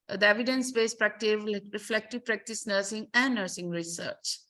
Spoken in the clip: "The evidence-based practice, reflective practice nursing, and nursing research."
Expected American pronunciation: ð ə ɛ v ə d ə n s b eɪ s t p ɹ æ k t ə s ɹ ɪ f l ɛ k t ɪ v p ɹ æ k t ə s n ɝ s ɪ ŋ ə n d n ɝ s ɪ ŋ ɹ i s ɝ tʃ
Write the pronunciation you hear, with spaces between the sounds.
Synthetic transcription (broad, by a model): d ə ɛ v ə d ə n s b eɪ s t p ɹ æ k t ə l ɹ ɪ f l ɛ k t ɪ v p ɹ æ k t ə s n ɝ s ɪ ŋ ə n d n ɝ s ɪ ŋ ɹ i s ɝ tʃ